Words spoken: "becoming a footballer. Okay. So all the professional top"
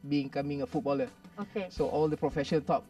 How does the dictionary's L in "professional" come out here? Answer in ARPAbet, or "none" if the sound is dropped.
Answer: N